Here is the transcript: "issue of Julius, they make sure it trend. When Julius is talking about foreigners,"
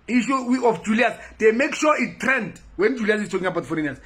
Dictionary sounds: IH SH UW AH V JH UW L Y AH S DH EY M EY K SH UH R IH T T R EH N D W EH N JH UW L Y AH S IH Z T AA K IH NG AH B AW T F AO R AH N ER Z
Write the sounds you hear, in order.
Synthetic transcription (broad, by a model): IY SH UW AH F JH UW L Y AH S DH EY M EY K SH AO IH T T R EH N D W EH N JH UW L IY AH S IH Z T AA K IH NG AH B AW T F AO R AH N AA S